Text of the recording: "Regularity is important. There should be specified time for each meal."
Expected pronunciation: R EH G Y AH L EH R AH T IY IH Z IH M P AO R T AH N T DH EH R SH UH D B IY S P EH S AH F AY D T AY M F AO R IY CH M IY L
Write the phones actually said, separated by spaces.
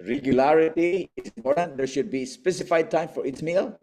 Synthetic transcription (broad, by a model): R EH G Y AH L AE R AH T IY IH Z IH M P AO R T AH N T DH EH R SH UH D B IY S P EH S AH F AY D T AY M F AO R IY S M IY L